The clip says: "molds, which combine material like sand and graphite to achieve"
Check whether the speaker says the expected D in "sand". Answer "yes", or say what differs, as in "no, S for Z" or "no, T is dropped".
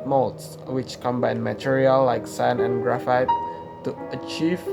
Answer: no, D is dropped